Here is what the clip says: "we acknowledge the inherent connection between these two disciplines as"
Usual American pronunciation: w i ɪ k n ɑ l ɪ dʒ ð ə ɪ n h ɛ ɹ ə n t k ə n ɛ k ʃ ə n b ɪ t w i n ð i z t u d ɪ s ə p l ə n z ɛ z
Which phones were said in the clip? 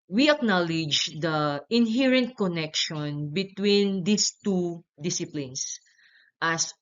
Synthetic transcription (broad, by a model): w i ɪ k n ɑ l ɪ dʒ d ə ɪ n h ɛ ɹ ə n t k ə n ɛ k ʃ ə n b ɪ t w i n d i s t u d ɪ s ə p l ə n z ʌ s